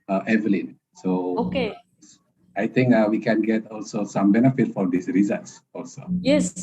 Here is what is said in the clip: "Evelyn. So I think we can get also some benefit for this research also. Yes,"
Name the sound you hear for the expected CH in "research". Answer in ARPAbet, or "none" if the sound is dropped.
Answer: S